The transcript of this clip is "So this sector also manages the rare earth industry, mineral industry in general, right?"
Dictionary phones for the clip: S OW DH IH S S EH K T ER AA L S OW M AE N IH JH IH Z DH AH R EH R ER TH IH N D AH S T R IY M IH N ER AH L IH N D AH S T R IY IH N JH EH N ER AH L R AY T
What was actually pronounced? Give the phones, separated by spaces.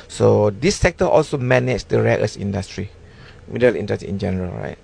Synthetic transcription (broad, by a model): S OW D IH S S EH K T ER AA L S OW M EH N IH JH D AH R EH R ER S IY N D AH S T R IY M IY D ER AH L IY N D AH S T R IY IH N JH EH N ER AH L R AY T